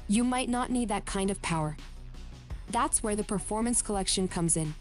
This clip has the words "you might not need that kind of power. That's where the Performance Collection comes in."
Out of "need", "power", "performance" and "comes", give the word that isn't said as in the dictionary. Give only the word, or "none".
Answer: none